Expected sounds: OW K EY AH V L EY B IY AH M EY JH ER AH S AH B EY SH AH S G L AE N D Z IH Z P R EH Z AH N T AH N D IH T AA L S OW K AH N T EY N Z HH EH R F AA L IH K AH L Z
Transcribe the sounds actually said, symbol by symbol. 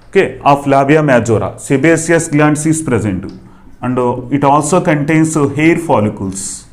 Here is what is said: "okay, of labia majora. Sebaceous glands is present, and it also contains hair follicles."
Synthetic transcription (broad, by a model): OW K EY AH F L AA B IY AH M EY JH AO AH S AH B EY S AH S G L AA N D S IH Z P R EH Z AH N T AH N D IH T AA L S OW K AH N T EY N S HH EH R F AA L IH K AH L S